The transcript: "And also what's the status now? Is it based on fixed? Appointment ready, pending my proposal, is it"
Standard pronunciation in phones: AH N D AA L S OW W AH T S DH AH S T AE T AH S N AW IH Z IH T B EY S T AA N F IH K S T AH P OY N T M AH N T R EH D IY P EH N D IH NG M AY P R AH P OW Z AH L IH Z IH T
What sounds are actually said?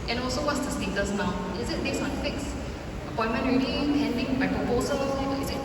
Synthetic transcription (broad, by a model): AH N AA L S OW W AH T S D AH S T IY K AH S N AW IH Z IH T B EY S AA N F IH K S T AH P OY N M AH N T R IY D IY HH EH N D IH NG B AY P R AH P OW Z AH L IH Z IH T